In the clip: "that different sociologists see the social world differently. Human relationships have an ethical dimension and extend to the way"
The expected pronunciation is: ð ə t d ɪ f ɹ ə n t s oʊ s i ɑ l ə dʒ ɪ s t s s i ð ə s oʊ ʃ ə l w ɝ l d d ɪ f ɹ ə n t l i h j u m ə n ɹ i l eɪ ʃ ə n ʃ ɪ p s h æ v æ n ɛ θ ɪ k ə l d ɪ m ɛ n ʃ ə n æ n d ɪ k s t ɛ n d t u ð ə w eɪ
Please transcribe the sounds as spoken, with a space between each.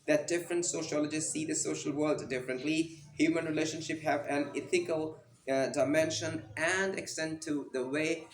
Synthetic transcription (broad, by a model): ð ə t d ɪ f ɹ ə n t s oʊ ʃ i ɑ l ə dʒ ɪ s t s s i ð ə s oʊ ʃ ə l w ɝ l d d ɪ f ɹ ə n t l i h j u m ə n ɹ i l eɪ ʃ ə n ʃ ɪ p h æ v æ n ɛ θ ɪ k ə l d ɪ m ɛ n ʃ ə n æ n d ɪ k s t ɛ n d t u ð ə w eɪ